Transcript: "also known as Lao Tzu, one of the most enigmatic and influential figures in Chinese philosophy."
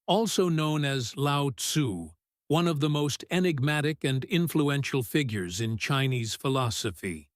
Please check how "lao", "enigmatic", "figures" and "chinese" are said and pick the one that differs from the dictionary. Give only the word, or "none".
none